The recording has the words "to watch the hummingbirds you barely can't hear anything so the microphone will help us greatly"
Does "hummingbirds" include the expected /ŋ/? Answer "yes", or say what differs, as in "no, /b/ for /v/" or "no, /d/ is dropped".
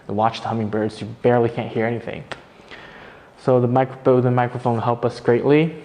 yes